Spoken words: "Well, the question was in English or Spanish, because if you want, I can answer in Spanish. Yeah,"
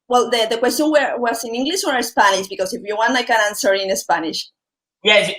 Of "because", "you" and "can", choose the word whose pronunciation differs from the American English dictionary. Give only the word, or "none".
because